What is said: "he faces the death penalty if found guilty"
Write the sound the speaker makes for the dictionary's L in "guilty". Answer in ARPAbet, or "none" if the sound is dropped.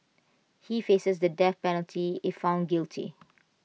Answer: L